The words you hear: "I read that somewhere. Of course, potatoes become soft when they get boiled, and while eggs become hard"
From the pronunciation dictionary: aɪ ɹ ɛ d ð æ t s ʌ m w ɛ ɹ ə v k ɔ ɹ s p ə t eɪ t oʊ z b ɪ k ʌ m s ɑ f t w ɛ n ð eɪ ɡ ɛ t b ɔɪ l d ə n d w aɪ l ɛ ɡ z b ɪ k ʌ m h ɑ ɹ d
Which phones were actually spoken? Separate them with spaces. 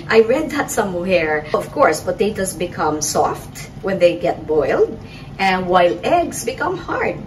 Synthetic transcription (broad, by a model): aɪ ɹ ɛ d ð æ t s ʌ m w ɛ ɹ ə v k ɔ ɹ s b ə t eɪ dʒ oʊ s b ɪ k ʌ m s ɑ f t w ɛ n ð eɪ ɡ ɛ t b ɔɪ l d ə n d w aɪ l ɛ ɡ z b ɪ k ʌ m h ɑ ɹ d